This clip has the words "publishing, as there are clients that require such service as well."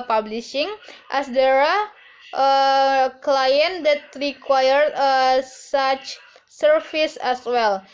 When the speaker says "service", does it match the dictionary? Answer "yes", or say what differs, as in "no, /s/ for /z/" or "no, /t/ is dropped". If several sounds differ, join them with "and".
no, /f/ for /v/